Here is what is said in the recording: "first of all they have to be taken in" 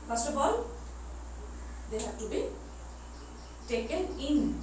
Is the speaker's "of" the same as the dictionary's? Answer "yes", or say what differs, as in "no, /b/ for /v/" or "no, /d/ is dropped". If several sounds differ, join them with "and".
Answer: no, /b/ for /v/